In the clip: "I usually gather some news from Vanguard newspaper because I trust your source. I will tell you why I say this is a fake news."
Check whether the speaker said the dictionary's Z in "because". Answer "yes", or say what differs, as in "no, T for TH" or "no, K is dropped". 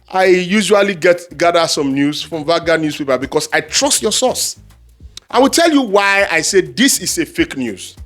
no, S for Z